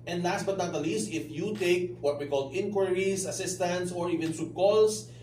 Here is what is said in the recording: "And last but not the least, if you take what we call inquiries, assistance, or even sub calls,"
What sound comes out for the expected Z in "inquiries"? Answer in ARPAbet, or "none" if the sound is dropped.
S